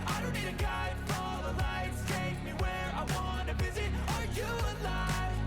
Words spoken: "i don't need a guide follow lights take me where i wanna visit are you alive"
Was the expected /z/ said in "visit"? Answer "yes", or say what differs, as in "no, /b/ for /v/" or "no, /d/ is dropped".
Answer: yes